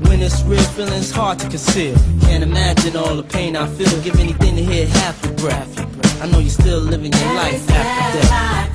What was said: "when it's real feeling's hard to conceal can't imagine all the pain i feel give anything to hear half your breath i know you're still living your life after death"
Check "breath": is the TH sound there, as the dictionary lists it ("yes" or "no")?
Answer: no